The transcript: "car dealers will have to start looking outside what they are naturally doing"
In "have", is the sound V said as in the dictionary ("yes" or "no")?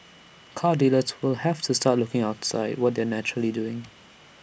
no